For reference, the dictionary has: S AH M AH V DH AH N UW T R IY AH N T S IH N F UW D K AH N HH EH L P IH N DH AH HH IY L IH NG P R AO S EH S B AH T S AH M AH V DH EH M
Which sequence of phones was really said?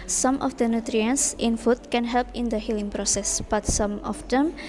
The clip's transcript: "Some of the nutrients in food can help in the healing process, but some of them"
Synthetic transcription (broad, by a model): S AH M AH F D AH N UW T R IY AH N S IH N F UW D K AH N HH EH L P IH N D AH HH IY L IH NG P R AO S EH S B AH T S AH M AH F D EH M